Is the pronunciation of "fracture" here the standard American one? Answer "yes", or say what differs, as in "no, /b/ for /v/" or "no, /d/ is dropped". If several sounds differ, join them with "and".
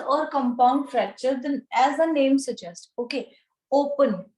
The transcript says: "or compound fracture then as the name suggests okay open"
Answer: no, /k/ is dropped